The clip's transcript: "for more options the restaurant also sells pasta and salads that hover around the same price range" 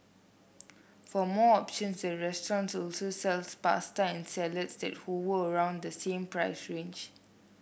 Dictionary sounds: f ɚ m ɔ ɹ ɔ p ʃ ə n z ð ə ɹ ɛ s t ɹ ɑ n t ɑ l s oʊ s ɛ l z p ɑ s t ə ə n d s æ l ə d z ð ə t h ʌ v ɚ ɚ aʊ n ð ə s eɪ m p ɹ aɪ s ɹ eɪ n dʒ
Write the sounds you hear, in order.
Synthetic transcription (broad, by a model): f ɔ m ɔ ɔ p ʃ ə n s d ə ɹ ɛ s t ɹ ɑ n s ɑ l s oʊ s ɛ l s p ɑ s t ə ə n s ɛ l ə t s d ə t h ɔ w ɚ ɚ aʊ n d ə s eɪ m p ɹ aɪ s ɹ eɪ n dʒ